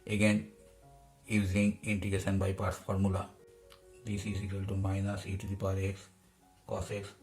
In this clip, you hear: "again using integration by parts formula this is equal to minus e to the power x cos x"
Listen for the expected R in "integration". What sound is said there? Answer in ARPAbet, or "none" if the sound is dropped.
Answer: none